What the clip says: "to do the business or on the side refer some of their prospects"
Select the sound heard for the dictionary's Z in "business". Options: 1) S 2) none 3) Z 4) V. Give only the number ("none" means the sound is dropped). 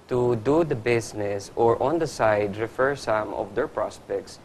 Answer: 1